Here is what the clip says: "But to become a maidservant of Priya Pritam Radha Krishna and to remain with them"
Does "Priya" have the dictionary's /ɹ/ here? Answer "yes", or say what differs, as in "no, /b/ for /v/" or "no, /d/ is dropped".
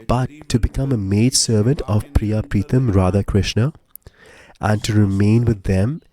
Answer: yes